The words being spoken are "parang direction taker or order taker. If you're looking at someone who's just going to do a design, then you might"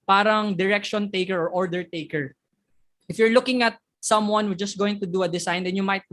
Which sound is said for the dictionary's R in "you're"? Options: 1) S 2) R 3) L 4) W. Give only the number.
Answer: 2